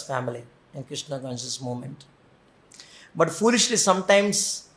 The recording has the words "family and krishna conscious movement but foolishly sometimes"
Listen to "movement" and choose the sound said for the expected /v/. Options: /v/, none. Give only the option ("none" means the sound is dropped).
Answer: none